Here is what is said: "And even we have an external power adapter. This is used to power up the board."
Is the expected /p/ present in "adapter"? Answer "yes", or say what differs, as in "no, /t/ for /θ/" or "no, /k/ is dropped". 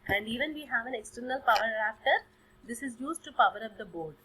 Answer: no, /f/ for /p/